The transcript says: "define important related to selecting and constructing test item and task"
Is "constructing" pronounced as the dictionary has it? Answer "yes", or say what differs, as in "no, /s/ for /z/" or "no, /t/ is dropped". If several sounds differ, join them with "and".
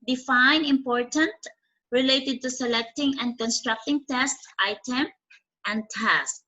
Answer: yes